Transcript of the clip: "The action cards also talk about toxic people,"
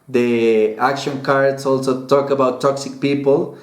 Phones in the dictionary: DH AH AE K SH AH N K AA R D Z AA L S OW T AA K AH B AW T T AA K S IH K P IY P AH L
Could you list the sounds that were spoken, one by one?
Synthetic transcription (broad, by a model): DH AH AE K SH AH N K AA R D S AA L S OW T AA K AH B AW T T AA K S IH K P IY P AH L